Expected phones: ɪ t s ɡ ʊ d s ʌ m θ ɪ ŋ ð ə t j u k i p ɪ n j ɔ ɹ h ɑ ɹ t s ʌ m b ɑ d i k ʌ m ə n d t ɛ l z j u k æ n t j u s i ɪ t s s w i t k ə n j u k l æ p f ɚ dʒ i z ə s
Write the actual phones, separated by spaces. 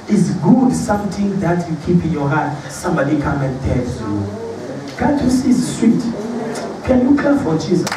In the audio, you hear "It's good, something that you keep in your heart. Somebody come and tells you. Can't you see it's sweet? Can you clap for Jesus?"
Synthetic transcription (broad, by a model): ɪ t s ɡ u d s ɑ m t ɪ ŋ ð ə t j u k i p ɪ n j ɔ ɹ h ɑ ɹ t s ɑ m b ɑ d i k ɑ m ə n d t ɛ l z j u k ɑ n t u s i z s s w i t k ə n j u k ɛ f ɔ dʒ i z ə s